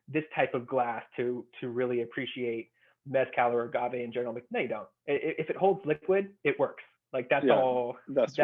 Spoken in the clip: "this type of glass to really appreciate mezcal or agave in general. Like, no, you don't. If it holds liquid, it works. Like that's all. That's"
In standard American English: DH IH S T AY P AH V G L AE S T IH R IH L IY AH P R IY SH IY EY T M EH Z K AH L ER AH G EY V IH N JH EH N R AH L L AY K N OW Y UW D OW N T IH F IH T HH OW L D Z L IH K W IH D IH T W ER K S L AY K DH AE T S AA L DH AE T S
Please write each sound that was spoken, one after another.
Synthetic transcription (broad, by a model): DH IH S T AY P AH V G L AE S T IH R IH L IY AH P R IY SH IY EY T M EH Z K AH L ER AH G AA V IH N JH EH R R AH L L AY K N OW Y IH D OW N T IH F IH T HH OW L D Z L IH K W IH D IH T W ER K S L AY K DH AE T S AA L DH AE